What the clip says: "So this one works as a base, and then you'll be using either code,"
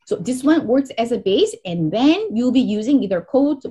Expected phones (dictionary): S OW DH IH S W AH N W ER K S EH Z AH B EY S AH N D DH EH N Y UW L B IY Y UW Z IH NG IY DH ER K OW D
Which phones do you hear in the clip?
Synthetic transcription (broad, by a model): S OW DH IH S W AH N W ER K S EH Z AH B EY S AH N DH EH N Y UW L B IY Y UW Z IH NG IY DH ER K OW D